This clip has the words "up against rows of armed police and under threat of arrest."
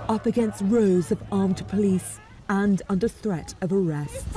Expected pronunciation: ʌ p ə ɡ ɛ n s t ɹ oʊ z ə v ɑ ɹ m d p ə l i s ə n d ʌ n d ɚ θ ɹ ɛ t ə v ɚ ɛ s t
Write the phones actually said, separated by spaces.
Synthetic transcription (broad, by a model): ʌ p ə ɡ ɛ n s t ɹ oʊ z ə v ɑ ɹ m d p ə l i s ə n ʌ n d ɚ θ ɹ ɛ t ə v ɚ ɛ s t